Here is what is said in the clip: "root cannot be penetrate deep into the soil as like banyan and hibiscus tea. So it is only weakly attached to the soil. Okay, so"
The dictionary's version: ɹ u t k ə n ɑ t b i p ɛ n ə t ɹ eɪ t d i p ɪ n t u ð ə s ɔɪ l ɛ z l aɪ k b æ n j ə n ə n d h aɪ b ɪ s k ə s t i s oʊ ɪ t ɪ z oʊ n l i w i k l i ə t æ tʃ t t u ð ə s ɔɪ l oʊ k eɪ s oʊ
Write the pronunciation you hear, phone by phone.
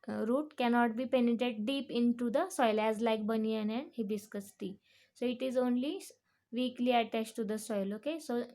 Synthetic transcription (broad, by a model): ɹ u t k ə n ɑ t b i p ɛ n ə t eɪ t d i p ɪ n t u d ə s ɔɪ l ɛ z l aɪ k b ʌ n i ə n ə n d h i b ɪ s k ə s t i s oʊ ɪ t ɪ z oʊ n l i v i k l i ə t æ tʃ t t u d ə s ɔɪ l oʊ k eɪ s oʊ